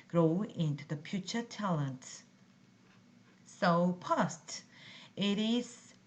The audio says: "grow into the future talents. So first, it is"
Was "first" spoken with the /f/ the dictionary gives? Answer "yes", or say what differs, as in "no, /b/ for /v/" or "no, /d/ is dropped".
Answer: no, /p/ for /f/